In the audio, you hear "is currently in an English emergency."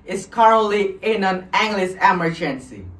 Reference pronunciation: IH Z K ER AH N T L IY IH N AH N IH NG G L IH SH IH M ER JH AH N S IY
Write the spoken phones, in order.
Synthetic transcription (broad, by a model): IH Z K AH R L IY IH N AH N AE NG G L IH S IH M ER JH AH N S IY